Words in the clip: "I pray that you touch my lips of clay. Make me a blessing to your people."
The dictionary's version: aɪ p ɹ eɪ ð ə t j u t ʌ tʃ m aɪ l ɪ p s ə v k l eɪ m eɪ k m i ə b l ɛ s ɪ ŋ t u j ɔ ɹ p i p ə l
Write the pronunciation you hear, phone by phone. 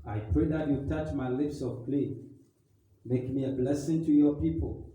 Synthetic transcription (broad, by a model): aɪ p ɹ eɪ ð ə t j u t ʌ tʃ m aɪ l ɪ p s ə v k l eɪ m eɪ k m i ə b l ɛ s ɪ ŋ t u j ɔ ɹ p i p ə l